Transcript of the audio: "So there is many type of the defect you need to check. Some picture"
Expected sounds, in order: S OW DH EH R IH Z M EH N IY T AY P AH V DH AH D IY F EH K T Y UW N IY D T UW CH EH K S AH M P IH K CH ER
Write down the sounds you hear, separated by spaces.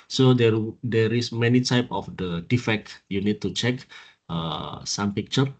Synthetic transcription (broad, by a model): S OW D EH R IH S M EH N IY T AY P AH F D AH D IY F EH K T Y UW N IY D T UW CH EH K S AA M P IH K CH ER